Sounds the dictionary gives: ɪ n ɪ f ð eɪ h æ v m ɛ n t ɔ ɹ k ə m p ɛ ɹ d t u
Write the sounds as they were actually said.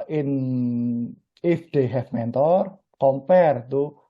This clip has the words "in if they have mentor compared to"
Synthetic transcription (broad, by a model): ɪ n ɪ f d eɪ h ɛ f m ɛ n t ɔ ɹ k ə m p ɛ ɹ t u